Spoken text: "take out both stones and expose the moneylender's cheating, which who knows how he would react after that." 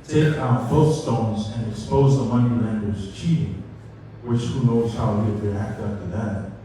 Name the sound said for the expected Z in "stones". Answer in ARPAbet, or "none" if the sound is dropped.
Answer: Z